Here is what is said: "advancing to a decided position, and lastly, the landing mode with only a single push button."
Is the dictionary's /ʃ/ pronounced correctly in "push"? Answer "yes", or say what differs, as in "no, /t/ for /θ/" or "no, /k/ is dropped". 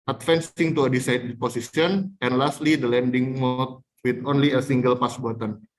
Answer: no, /s/ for /ʃ/